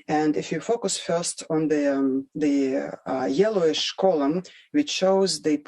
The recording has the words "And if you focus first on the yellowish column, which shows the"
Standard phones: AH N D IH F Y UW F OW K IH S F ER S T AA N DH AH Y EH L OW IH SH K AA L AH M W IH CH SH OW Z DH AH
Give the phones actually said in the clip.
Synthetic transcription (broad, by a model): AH N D IH F Y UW F OW K IH S F ER S T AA N DH AH Y EH L OW IH SH K AA L AH M W IH CH SH OW Z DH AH